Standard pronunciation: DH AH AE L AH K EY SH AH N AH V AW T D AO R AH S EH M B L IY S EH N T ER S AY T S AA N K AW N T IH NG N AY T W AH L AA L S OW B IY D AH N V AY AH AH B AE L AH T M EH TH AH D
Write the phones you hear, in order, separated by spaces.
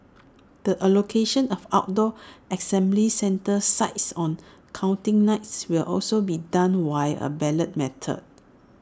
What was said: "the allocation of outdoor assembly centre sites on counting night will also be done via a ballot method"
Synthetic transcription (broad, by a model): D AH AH L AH K EY SH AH N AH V AW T D AO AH S EH M B L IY S EH N T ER S AY T S AA N K AW N T IH NG N AY T W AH L AA L S OW B IY D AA N W AY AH AH B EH L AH T M EH T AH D